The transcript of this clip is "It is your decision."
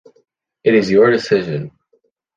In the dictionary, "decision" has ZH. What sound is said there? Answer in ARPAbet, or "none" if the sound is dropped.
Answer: ZH